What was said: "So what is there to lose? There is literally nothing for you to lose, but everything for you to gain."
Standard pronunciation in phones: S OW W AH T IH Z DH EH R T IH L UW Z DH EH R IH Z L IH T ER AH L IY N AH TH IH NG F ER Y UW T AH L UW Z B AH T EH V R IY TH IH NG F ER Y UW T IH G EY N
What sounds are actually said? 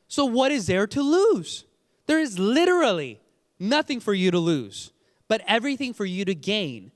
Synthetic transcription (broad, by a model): S OW W AH T IH Z DH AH R T IH L UW Z DH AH R IH Z L IH T ER L IY N AH TH IH NG F ER Y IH T AH L UW Z B AH T EH V R IY TH IH NG F ER Y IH T IH G EY N